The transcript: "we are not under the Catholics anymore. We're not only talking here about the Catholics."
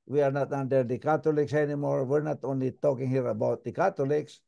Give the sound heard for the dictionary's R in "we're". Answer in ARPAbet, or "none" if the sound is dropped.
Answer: R